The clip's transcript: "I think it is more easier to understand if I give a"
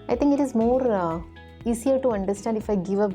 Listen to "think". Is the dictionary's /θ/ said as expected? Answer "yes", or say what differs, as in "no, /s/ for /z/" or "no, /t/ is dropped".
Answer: no, /t/ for /θ/